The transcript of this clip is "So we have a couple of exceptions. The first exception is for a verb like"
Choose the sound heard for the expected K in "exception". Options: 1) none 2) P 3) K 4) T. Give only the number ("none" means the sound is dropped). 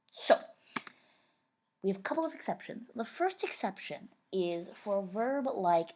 3